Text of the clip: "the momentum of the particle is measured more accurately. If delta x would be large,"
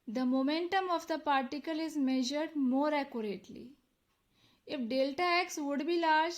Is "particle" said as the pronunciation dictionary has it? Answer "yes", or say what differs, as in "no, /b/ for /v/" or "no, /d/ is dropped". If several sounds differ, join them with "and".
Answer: yes